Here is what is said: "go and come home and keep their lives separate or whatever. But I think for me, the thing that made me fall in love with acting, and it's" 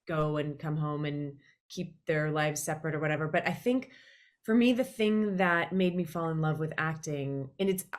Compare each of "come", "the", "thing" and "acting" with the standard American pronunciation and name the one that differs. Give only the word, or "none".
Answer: none